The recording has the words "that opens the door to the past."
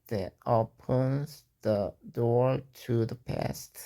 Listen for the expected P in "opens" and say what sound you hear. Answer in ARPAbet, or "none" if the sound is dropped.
P